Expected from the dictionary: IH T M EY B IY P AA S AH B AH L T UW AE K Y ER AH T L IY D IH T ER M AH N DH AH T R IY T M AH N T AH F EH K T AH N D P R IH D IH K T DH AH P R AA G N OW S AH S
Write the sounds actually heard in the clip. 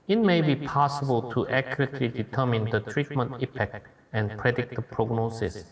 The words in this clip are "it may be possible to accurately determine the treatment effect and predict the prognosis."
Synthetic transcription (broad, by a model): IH T M EY B IY P AA S AH B AH L T UW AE K Y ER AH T L IY D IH T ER M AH N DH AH T R IY T M AH N T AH P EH K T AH N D P R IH D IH K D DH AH P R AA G N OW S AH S